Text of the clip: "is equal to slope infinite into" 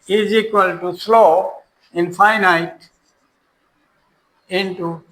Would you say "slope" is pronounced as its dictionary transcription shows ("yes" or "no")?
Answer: no